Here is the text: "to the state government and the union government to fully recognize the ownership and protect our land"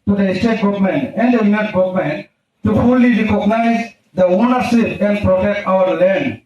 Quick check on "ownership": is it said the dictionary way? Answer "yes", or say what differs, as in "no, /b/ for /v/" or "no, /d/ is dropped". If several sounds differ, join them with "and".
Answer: no, /s/ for /ʃ/